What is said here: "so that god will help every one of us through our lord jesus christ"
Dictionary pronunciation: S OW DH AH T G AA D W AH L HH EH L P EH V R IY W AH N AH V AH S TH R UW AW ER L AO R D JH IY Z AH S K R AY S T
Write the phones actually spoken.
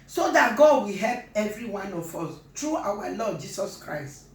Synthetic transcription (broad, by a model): S OW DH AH T G AA D W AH HH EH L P EH V R IY W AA N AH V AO S T R UW AW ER L AO D JH IY S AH S K R AY S T